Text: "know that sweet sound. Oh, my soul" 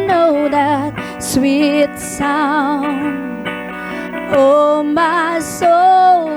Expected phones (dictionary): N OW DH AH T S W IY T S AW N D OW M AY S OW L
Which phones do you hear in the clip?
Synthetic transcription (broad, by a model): N OW DH AH T S W IY T S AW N OW M AY S OW L